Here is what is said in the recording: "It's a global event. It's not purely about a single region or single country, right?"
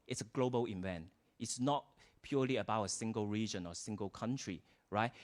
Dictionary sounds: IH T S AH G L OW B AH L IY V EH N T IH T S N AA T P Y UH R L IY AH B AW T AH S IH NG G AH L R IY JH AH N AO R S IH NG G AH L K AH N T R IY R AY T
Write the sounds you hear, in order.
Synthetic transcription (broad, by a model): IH T S AH G L OW B AH L IY V EH N T IH T S N AA T P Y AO L IY AH B AW T AH S IH NG G AH L R IY JH AH N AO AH S IH NG G AH L K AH N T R IY R AY T